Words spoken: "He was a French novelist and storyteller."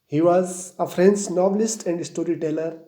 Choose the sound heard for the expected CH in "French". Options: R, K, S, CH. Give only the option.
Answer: S